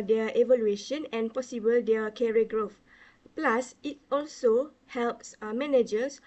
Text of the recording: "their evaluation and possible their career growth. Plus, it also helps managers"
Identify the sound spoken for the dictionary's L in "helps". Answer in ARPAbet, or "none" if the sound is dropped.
L